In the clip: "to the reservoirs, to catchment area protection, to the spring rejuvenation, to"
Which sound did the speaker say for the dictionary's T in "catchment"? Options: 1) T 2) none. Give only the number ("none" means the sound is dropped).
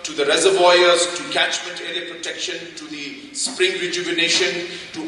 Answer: 1